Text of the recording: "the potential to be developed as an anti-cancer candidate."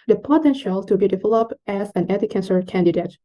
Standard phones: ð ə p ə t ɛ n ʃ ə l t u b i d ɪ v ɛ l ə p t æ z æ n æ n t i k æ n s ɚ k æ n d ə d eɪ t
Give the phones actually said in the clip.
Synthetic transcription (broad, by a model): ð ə p ə t ɛ n ʃ ə l t u b i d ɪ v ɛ l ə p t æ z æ n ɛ t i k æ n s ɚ k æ n d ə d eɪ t